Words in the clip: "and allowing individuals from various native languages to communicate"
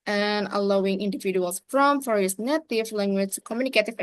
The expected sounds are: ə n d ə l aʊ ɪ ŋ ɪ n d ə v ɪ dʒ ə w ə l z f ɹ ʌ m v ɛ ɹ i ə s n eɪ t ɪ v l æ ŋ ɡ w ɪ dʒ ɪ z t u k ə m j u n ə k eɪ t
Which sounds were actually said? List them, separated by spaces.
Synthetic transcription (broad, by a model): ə n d ə l aʊ ɪ ŋ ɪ n d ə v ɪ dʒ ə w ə l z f ɹ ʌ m f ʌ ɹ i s n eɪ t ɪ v l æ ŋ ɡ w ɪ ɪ t u k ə m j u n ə k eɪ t